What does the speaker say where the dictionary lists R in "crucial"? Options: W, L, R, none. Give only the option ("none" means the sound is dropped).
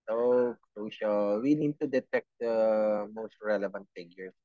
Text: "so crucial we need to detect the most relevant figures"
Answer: R